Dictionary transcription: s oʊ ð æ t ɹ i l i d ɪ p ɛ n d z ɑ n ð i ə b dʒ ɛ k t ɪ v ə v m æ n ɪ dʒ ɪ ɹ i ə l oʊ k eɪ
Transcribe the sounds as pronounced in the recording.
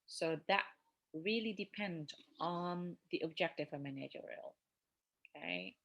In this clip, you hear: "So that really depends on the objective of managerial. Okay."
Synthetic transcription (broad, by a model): s oʊ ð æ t ɹ i l i d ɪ p ɛ n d ɑ n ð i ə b dʒ ɛ k t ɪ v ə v m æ n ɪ dʒ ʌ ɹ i l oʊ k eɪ